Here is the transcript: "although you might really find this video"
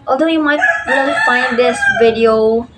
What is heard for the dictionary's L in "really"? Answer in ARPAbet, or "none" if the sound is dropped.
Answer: N